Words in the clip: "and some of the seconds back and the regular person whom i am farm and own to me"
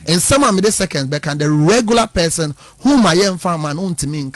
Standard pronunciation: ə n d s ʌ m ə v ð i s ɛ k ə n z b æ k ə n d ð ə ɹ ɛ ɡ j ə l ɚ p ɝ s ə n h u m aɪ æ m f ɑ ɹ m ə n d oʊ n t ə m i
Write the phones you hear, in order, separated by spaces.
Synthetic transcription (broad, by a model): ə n s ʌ m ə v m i s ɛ k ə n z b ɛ k ə n d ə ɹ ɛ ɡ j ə l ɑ p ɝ s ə n h u m aɪ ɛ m f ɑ m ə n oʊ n t ə m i